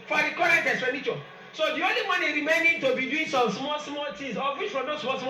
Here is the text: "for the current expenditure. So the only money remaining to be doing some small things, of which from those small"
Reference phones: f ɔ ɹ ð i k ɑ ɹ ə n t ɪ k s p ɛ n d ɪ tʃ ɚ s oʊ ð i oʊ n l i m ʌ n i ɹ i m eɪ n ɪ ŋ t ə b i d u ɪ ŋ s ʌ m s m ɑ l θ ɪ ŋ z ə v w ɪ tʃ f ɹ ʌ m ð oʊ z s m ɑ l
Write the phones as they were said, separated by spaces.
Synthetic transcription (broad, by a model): f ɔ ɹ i k ɑ ɹ ə n t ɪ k s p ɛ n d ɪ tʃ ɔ s oʊ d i oʊ n l i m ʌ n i ɹ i m eɪ n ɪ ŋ t ə b i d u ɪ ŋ s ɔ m s m ɑ l s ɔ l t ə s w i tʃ f ɹ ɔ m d oʊ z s m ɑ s